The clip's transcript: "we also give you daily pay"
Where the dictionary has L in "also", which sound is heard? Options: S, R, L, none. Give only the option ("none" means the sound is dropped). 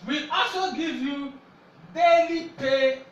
none